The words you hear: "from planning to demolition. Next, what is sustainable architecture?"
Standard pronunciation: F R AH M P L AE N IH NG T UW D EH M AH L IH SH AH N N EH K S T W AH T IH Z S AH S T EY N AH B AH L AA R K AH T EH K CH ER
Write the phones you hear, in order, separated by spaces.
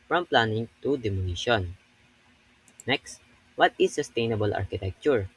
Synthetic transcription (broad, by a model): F R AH M P L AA N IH NG T UW D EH M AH N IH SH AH N N EH K S T W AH T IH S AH S T EY N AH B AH L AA R K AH T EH K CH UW